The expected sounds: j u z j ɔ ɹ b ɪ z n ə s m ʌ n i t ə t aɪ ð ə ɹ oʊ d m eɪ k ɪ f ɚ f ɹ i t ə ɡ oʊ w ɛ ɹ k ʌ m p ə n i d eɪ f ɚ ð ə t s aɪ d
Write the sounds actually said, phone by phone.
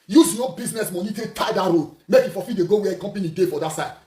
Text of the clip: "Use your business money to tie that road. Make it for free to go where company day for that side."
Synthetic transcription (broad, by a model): j u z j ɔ b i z n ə s m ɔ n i t ə t aɪ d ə ɹ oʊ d m eɪ k ɪ f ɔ f i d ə ɡ oʊ w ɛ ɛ k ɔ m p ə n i d eɪ f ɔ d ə t s aɪ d